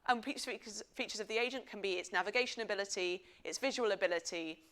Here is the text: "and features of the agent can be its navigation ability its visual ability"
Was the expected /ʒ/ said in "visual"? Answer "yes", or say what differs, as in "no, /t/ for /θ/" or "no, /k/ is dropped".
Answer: yes